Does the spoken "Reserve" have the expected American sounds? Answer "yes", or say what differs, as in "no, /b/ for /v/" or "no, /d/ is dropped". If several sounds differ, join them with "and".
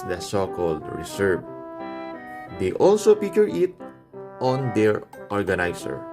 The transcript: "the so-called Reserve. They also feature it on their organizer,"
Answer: no, /s/ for /z/